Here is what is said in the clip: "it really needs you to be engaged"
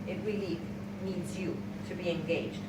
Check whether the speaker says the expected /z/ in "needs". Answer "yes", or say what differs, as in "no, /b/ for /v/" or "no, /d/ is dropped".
yes